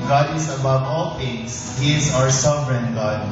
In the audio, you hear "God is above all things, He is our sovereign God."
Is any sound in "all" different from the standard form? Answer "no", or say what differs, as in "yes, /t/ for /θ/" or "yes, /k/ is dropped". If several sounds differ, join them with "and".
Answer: no